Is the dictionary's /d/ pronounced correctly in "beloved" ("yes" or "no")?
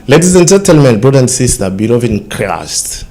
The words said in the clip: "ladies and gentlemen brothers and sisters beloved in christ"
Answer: no